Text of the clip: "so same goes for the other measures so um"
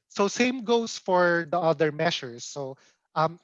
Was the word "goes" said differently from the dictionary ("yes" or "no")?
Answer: yes